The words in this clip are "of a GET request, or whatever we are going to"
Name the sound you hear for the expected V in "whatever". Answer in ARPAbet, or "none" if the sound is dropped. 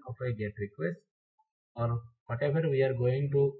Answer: F